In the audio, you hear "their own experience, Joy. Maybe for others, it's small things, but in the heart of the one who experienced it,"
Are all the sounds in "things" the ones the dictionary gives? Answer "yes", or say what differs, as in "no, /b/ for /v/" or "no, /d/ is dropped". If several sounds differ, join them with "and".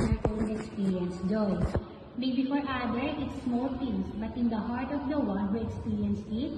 no, /f/ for /θ/